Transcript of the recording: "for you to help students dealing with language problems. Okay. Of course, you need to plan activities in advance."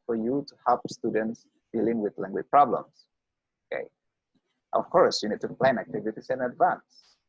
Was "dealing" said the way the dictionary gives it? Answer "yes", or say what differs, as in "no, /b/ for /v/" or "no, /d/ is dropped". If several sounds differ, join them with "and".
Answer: yes